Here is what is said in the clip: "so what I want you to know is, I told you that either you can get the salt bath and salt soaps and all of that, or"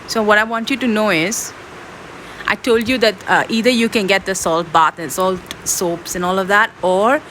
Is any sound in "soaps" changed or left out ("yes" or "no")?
no